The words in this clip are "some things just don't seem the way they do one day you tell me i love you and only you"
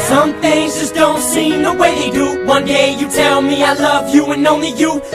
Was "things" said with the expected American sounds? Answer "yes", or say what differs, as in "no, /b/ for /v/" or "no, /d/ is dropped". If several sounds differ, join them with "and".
yes